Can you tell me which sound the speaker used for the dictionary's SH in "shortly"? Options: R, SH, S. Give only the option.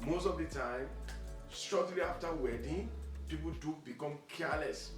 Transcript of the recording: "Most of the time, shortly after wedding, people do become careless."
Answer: S